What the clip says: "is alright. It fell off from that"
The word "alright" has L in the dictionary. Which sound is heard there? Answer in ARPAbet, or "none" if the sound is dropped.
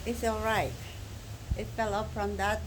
L